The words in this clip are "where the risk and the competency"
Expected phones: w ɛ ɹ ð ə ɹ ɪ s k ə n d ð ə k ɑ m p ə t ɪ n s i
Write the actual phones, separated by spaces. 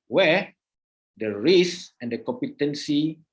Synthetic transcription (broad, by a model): w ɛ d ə ɹ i s ə n d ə k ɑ m p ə t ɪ n s i